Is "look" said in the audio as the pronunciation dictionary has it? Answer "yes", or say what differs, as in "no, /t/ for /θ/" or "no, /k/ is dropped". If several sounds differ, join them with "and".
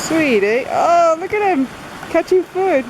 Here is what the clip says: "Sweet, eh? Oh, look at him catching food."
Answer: yes